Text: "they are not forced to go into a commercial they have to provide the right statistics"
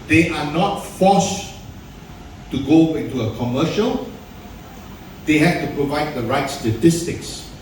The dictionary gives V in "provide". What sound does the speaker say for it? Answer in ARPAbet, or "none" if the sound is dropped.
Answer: V